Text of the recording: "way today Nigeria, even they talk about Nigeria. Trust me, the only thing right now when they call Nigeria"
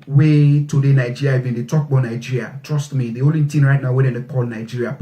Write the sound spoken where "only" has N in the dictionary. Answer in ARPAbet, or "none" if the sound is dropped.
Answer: none